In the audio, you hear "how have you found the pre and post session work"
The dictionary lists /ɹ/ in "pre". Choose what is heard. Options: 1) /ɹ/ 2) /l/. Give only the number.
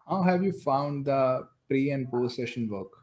1